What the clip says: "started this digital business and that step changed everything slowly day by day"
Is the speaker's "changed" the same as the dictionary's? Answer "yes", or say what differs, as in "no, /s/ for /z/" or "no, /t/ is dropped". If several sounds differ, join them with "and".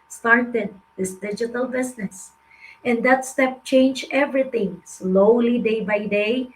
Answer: no, /d/ is dropped